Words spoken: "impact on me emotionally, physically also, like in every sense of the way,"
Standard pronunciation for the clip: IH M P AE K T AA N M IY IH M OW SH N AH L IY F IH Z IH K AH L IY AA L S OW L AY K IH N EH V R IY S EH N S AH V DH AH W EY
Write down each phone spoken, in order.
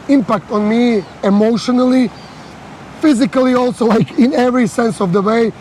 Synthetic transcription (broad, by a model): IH M P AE K T AA N M IY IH M OW SH N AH L IY F IH Z IH K AH L IY AA L S OW L AY K IH N EH V R IY S EH N S AH V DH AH W EY